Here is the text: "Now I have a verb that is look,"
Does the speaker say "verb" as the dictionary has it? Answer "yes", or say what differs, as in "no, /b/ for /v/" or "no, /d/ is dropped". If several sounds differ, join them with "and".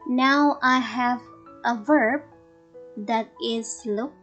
yes